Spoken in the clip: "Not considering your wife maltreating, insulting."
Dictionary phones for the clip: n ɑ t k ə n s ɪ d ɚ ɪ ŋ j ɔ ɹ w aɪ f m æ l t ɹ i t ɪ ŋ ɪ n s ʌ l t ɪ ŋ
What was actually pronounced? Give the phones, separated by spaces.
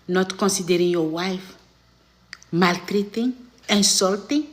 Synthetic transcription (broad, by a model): n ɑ t k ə n s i d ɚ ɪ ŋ j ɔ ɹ w aɪ f m æ l t ɹ i t ɪ ŋ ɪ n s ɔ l t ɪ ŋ